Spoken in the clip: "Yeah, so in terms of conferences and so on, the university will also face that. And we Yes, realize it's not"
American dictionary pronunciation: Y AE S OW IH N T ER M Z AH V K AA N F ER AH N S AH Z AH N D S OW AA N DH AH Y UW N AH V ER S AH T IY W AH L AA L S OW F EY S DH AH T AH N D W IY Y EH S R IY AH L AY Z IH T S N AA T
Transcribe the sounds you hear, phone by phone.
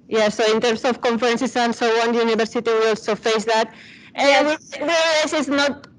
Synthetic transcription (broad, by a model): Y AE S OW IH N T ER M S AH F K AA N F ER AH N S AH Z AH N S OW AA N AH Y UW N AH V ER S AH T IY W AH AA L S OW F EY S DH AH T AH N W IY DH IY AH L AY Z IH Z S N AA T